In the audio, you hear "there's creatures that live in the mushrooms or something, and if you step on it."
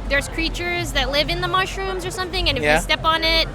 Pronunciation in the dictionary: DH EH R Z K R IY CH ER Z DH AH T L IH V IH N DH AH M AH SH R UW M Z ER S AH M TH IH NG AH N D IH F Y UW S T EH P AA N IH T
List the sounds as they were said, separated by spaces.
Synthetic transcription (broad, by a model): DH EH R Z K R IY CH ER Z DH AH T L IH V IH N DH AH M AH SH R UW M Z ER S AH M TH IH NG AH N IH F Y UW S T EH P N IH T